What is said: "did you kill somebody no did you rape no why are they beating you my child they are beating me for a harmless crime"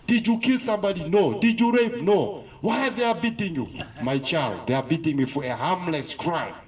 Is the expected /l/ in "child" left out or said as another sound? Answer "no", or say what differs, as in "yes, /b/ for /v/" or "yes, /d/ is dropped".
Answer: no